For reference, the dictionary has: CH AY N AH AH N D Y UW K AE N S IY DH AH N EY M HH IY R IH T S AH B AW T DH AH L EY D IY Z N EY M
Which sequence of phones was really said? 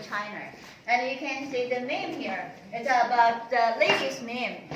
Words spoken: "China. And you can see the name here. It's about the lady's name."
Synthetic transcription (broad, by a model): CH AY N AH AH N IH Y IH K AE N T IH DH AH N EY M HH IY R IH T S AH B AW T DH AH L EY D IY S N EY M